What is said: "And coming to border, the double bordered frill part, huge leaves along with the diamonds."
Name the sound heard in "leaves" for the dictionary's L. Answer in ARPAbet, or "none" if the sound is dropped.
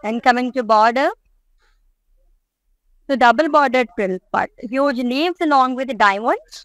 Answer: N